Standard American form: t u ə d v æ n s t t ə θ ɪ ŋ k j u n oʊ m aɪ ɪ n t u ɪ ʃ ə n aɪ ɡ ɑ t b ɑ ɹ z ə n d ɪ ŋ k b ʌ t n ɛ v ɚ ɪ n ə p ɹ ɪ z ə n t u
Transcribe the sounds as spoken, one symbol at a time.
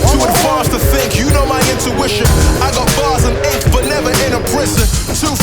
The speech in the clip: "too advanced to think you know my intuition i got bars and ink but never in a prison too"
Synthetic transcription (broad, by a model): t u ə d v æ s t t ə θ ɪ ŋ k j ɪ n oʊ m aɪ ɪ n t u ɪ ʃ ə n aɪ ɡ ɑ t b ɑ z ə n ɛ ɪ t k b ʌ t n ɛ v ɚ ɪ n ə p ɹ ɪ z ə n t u